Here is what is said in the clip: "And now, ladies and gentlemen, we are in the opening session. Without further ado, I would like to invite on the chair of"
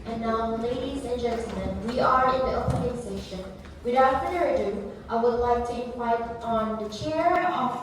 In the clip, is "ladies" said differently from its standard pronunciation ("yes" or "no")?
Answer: no